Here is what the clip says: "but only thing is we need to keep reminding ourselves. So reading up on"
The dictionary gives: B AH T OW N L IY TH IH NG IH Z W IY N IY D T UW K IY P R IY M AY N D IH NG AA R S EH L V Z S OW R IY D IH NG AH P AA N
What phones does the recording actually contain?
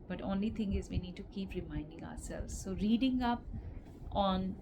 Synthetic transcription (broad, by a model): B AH T OW N L IY T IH NG IH Z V IY N IY D T UW K IY P R IY M AY N D IH NG AA R S EH L V Z S OW R IY D IH NG AH P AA N